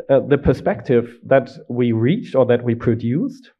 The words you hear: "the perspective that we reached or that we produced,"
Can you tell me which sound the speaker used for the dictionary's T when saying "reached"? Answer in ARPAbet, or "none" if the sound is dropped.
T